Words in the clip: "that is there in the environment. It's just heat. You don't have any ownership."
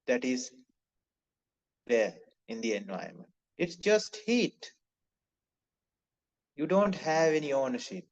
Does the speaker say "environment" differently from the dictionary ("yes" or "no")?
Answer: yes